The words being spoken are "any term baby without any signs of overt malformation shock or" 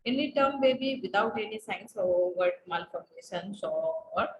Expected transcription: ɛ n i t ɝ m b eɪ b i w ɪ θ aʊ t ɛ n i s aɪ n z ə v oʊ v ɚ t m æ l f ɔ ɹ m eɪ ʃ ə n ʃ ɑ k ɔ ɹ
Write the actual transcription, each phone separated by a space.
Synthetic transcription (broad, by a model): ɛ n i t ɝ m b eɪ b i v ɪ t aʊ t ɛ n i s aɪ n s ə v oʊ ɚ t m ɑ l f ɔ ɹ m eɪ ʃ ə n s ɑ ɔ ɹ